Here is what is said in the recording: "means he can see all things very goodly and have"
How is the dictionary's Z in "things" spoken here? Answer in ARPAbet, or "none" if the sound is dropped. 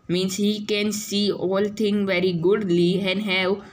none